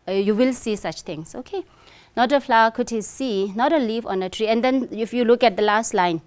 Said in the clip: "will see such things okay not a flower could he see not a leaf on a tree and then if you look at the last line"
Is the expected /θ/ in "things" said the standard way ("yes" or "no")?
no